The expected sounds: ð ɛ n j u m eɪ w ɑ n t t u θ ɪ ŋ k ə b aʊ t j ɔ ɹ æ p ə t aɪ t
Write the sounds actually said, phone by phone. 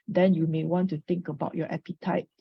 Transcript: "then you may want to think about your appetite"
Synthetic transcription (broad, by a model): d ɛ n j u m eɪ w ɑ n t t u t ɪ ŋ k ə b aʊ t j ɔ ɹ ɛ p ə t aɪ t